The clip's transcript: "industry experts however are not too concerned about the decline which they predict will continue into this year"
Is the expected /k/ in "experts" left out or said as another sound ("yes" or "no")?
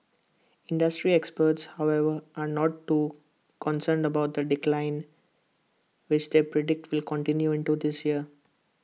no